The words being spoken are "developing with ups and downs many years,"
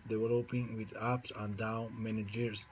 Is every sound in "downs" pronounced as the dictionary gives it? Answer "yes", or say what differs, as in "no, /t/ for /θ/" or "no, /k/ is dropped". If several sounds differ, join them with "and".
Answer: no, /z/ is dropped